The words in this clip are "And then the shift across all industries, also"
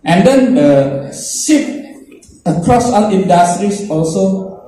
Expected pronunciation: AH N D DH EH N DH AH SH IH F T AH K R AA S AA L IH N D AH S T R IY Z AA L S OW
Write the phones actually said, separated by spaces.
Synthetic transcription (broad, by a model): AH N D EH N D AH S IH T AH K R AA S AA N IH N D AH S T R IY S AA L S OW